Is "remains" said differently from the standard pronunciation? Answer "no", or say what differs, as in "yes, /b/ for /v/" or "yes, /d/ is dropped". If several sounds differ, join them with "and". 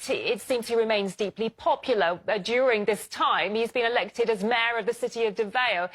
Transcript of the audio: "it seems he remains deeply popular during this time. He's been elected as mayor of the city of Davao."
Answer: no